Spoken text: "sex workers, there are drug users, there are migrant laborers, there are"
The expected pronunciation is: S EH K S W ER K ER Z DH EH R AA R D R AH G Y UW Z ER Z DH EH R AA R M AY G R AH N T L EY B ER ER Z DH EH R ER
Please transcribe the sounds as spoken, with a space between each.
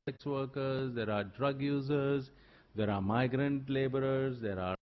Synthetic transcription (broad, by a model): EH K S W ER K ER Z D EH R AA R D R AH G Y UW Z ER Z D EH R AA R M AY G R AH N T L EY B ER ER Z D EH R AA